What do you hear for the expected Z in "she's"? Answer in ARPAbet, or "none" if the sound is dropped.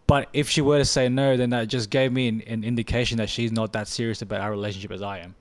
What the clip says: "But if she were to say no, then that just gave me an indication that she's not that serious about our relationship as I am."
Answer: Z